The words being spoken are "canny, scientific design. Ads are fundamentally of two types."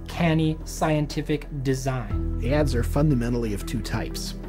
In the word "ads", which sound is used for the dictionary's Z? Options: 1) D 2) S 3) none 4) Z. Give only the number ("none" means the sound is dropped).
4